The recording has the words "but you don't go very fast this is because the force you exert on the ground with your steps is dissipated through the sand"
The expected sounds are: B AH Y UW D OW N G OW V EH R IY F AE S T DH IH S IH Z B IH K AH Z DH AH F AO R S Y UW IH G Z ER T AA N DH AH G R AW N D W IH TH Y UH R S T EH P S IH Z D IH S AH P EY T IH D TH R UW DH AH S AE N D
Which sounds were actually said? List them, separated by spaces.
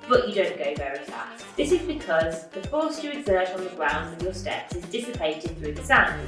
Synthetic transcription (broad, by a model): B AH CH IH D OW N G OW V EH R IY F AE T DH IH S IH Z B IH K AH Z DH AH F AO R S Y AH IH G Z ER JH N DH AH G R AW N D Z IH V Y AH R S T EH P S IH Z D IH S AH P EY T IH D TH R UW DH AH S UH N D